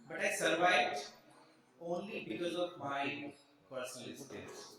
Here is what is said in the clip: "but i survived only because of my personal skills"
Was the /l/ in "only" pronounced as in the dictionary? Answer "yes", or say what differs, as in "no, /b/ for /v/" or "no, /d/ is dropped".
yes